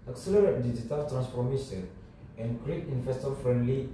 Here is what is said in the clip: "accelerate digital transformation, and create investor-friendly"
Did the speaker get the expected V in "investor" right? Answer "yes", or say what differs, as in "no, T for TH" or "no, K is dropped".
no, F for V